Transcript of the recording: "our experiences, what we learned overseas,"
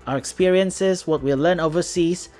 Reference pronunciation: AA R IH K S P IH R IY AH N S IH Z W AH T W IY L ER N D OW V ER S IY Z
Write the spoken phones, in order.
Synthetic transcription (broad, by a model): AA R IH K S P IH R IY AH N S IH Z W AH T W IY L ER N OW V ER S IY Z